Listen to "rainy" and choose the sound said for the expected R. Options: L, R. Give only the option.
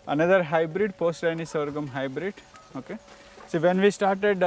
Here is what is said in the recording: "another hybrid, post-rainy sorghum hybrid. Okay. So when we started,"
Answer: L